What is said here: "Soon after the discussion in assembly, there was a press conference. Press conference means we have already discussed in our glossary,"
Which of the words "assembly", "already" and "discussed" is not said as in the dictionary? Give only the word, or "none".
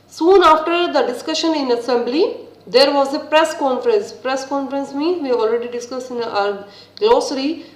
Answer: discussed